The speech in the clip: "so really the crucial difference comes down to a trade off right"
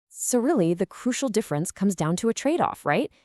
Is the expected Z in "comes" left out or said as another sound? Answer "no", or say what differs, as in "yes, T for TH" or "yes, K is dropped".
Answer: no